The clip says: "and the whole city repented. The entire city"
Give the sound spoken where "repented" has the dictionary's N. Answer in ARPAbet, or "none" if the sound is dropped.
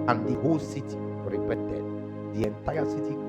none